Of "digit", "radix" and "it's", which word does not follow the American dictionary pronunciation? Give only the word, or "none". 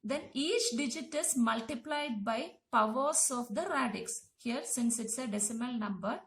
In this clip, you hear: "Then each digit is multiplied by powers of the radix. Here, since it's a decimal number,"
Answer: none